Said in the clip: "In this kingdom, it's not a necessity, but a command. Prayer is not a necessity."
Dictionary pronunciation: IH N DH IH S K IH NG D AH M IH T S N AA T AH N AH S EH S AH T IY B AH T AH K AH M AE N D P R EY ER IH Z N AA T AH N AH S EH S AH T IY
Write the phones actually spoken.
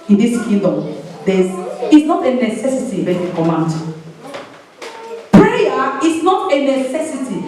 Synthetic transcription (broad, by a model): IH N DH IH S K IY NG D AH M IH S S N AA T AH N AH S EH S AH T IY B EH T AH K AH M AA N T P R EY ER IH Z N AA T AH N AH S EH S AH T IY